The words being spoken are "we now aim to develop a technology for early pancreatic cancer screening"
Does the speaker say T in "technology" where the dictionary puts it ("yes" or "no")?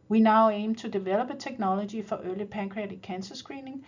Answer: no